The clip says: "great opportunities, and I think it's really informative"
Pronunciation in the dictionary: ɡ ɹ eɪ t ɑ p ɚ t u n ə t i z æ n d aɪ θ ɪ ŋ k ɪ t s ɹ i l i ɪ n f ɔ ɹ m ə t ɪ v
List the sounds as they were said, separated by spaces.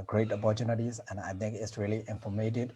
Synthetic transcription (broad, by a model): ɡ ɹ eɪ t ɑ p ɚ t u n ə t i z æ n aɪ t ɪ ŋ k ɪ t s ɹ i l i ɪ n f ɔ m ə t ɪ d